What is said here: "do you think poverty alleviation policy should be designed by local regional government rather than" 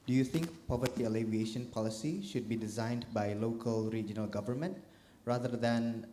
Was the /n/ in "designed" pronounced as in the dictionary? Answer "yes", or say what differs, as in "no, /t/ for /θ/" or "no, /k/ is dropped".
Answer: yes